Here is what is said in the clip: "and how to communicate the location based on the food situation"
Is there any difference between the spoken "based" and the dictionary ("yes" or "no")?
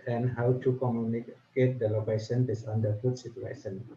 yes